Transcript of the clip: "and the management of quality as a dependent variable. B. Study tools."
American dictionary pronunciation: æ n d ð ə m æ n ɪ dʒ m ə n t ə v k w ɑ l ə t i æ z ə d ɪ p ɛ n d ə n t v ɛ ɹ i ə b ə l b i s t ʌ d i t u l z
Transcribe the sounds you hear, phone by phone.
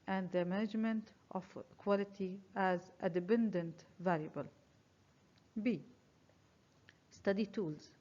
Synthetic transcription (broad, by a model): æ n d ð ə m æ n ɪ dʒ m ə n t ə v k w ɑ l ə t i æ z ə d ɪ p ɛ n d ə n t v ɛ l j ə b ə l b i s t ʌ d i t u l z